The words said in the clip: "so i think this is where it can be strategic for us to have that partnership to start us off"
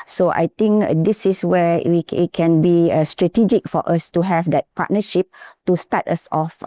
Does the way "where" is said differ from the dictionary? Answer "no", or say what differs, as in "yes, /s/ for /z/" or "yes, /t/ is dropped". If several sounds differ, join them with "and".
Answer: yes, /w/ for /ɹ/